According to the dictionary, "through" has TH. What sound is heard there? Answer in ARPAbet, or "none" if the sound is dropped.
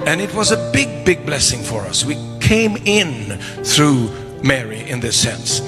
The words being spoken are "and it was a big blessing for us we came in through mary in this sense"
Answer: TH